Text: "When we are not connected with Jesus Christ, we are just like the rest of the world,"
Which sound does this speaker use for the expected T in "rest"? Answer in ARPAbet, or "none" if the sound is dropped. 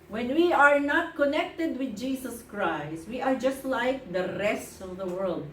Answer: T